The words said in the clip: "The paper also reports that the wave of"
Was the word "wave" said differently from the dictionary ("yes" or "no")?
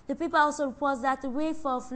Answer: yes